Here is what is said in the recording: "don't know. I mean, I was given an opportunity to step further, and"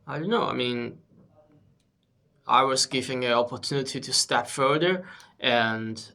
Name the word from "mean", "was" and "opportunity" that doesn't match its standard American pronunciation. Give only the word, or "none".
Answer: none